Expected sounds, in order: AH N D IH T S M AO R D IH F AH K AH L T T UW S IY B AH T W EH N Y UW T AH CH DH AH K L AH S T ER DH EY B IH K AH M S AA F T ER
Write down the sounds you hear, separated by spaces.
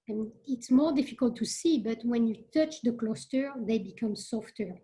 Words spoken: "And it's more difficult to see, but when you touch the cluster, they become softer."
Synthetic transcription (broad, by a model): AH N IH T S M AO R D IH F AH K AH L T T UW S IY B AH T W EH N Y UW T AH CH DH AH K L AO S T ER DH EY B IH K AH M S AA F T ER